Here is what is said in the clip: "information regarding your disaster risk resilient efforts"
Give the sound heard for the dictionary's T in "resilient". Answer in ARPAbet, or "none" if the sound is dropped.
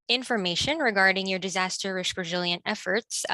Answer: T